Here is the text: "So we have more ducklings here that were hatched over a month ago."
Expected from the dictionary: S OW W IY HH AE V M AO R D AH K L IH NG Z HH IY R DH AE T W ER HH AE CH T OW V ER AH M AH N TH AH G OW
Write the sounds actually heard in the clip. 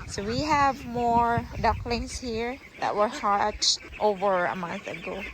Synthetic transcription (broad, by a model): S OW W IY HH AE V M AO R D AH K L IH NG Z HH IY R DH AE T W ER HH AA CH T OW V ER AH M AH N TH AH G OW